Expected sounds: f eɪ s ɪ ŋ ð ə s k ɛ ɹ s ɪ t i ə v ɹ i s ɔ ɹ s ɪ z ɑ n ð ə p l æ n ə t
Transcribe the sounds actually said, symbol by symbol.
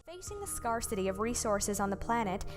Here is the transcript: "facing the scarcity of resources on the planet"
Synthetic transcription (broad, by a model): f eɪ s ɪ ŋ ð ə s k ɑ ɹ s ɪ t i ə v ɹ i s ɔ ɹ s ɪ z n ð ə p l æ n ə t